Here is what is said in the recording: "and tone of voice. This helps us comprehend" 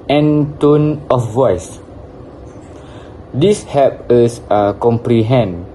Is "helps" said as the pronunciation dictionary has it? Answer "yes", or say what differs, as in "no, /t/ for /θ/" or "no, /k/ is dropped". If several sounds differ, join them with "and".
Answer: no, /l/ is dropped and /s/ is dropped